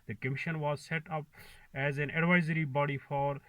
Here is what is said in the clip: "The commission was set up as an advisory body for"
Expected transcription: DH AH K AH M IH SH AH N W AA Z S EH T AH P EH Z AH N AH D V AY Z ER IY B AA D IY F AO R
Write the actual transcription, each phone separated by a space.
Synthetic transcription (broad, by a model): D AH K AH M IH SH AH N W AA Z S EH T AH P EH Z AH N AH D V AY Z ER IY B AA D IY F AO R